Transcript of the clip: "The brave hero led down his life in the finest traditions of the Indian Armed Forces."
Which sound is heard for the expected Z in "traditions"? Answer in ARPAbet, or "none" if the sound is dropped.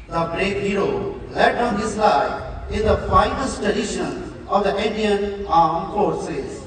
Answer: none